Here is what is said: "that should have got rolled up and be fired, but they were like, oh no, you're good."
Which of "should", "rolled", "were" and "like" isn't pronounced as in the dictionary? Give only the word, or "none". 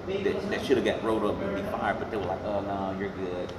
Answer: rolled